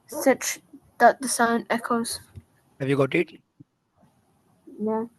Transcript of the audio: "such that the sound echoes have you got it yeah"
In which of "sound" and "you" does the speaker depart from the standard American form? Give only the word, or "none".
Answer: sound